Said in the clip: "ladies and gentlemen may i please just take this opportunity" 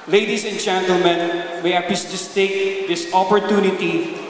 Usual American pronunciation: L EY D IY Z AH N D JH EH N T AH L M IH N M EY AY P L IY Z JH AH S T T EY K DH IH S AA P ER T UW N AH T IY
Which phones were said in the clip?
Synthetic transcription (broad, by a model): L EY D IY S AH N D JH EH N T AH L M IH N M EY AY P IY S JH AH S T T EY K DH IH S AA P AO T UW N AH T IY